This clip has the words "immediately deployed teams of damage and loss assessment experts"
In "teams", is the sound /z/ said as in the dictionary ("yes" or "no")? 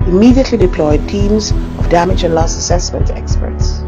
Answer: yes